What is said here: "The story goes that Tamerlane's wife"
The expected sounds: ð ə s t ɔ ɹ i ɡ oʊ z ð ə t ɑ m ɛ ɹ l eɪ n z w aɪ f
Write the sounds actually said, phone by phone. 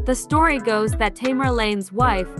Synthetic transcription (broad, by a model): ð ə s t ɔ ɹ i ɡ oʊ z ð ə t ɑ m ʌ ɹ l eɪ n z w aɪ f